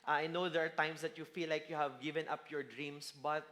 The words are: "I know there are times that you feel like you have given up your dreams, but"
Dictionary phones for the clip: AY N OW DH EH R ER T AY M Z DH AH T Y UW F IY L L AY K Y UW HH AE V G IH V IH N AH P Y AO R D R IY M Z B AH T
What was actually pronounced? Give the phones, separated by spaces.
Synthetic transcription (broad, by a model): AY N OW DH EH R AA T AY M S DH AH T Y UW F IY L L AY K Y UW HH AE V G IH V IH N AH P Y AO R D R IY M S B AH T